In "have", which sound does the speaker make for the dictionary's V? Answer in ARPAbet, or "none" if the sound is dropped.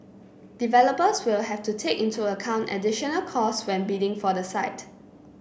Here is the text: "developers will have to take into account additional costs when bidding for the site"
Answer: F